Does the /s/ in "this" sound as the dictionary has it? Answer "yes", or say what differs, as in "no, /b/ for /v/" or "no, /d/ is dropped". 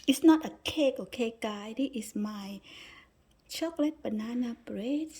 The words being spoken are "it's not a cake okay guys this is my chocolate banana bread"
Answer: no, /s/ is dropped